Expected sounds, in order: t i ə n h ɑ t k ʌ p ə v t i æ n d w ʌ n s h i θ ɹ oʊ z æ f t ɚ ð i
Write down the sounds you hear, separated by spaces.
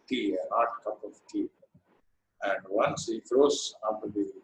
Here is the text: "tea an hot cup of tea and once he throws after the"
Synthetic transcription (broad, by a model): t i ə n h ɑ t k ʌ p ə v t i æ n d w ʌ n s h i f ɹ oʊ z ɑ t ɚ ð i